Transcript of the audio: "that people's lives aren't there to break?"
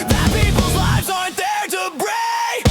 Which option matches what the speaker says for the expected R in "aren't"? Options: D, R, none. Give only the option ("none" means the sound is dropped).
none